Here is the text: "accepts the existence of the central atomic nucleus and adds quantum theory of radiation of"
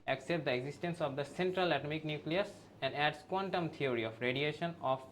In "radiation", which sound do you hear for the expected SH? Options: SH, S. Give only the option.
SH